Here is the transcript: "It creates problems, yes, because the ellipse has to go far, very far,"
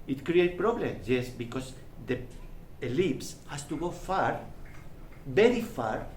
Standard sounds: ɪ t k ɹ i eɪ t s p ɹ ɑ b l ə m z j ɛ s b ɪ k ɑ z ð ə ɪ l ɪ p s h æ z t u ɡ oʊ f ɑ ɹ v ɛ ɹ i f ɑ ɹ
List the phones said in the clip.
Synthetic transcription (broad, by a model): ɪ t k ɹ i eɪ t p ɹ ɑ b l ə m s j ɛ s b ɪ k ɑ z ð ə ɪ l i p s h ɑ s t u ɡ oʊ f ɑ ɹ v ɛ ɹ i f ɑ ɹ